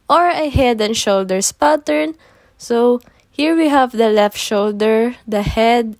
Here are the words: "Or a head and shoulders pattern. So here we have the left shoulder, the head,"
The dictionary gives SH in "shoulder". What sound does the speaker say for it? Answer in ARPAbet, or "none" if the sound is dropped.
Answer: SH